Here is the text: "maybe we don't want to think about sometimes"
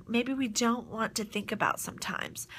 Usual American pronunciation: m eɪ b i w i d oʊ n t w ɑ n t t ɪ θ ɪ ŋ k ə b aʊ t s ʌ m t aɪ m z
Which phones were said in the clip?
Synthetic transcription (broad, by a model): m eɪ b i w i d oʊ n t w ɑ n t t ɪ θ ɪ ŋ k ə b aʊ t s ʌ m t aɪ m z